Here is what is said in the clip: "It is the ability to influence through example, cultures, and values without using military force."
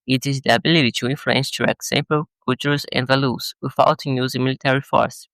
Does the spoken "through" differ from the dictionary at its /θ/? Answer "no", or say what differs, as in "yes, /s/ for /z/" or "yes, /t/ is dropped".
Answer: yes, /t/ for /θ/